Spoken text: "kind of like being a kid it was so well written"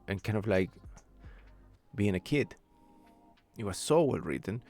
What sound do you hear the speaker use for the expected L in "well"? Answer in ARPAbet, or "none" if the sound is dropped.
L